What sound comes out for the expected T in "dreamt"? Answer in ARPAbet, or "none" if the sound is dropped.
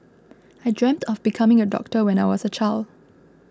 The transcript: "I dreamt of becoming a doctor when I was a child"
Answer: T